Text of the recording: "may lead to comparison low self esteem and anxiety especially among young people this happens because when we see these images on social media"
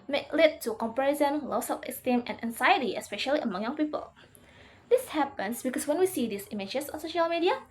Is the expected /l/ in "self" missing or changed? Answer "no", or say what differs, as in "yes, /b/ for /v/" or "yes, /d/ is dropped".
yes, /l/ is dropped